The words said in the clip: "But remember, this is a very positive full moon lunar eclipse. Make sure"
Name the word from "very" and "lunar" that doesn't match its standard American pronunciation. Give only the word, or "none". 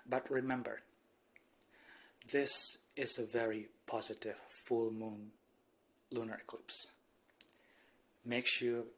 none